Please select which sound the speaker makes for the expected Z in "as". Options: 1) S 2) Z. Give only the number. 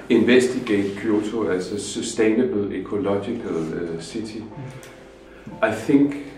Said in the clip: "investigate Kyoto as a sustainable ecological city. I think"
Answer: 1